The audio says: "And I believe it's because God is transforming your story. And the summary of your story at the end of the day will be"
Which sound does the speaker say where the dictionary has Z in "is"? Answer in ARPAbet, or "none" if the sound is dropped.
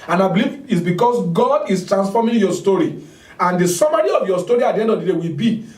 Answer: S